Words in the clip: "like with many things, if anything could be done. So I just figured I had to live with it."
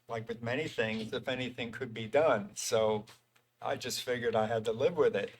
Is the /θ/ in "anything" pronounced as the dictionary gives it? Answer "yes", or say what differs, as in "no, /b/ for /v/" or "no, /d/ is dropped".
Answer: yes